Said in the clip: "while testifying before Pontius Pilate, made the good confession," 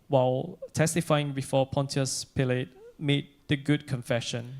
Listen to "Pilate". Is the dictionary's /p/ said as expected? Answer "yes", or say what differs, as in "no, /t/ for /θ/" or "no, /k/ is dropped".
yes